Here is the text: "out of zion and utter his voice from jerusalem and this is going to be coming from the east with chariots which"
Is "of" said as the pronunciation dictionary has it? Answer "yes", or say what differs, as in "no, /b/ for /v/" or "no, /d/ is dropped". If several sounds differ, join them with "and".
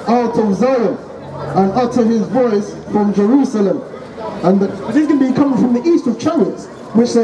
yes